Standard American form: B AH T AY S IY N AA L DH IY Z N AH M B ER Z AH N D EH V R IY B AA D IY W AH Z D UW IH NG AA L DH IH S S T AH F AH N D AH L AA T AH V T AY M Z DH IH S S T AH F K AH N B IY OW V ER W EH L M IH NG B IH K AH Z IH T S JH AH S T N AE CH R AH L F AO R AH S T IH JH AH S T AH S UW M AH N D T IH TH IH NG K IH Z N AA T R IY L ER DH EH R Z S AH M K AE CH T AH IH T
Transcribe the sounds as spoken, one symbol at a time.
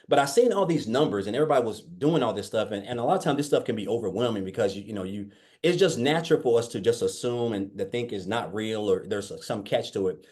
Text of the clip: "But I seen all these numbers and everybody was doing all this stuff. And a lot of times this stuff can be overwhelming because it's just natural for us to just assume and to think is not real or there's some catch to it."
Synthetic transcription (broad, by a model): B AH T AY S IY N AA L DH IY Z N AH M B ER Z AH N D EH V R IY B AA D IY W AH Z D UW IH NG AA L DH IH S S T AH F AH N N AH L AA T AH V T AY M DH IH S S T AH F K AH N B IY OW V ER W EH L M IH NG B IH K AH Z IH T S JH AH S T N AE CH R L F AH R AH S T IH JH AH S T AH S UW M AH N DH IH TH IH NG K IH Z N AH T R IY L ER DH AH R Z S AH M K AE CH T AH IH T